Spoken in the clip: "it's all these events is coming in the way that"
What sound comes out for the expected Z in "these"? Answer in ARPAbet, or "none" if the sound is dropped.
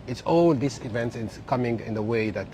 S